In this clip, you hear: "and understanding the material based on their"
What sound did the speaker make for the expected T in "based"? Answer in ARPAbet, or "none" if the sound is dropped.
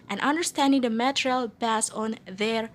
none